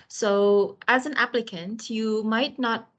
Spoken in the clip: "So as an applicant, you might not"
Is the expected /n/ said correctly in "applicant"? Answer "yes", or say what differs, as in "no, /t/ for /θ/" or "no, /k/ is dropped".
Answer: yes